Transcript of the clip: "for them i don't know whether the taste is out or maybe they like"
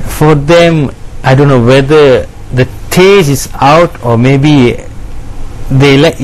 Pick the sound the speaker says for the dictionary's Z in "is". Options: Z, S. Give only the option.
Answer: S